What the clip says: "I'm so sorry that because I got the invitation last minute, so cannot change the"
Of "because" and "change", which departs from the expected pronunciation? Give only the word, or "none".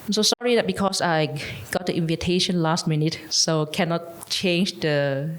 because